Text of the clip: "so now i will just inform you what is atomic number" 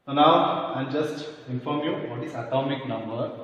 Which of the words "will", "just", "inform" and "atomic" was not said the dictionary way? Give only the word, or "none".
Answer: will